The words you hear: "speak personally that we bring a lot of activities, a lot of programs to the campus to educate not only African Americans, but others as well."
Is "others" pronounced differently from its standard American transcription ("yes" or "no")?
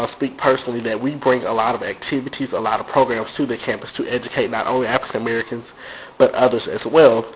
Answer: no